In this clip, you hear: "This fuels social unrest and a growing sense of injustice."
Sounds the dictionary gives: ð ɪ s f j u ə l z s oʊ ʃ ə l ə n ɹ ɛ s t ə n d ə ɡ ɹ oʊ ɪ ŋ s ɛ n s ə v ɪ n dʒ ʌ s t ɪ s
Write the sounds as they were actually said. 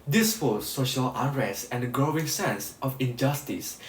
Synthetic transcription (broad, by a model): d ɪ s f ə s s oʊ ʃ ə l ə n ɹ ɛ s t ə n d ə ɡ ɹ oʊ ɪ ŋ s ɛ n s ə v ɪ n dʒ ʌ s t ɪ s